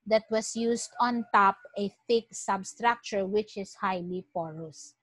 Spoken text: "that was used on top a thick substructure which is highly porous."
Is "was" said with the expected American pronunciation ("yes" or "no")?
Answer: no